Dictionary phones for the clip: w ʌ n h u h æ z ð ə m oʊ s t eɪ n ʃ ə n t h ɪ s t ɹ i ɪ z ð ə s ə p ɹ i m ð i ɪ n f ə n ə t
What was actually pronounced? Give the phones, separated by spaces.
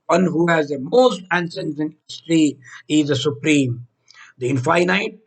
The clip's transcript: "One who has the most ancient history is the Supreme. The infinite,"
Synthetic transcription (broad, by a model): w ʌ n h u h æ z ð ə m oʊ s t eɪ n s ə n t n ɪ s t ɹ i ɪ z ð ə s ə p ɹ i m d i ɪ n f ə n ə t